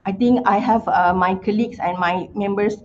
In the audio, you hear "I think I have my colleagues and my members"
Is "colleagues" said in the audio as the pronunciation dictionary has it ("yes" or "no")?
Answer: no